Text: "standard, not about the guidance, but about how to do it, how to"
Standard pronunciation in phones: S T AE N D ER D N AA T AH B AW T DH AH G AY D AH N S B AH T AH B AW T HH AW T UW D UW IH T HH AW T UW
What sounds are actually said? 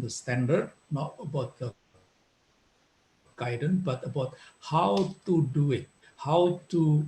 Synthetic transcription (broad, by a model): S T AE N D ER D N AA T AH B AW T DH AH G AY D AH N B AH T AH B AW T HH AW T UW D UW IH T HH AW T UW